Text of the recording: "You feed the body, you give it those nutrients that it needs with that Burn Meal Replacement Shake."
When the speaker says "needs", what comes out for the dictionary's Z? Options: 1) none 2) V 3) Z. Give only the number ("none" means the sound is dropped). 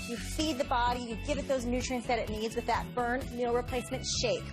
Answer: 3